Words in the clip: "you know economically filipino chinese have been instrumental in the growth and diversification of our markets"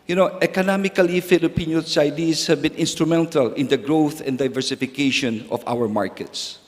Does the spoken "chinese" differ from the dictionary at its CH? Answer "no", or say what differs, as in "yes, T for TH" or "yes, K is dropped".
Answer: yes, S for CH